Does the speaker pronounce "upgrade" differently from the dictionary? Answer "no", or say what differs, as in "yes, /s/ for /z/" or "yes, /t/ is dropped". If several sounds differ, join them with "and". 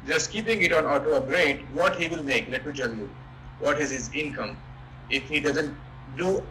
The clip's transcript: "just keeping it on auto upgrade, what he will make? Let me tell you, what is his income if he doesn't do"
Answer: yes, /p/ is dropped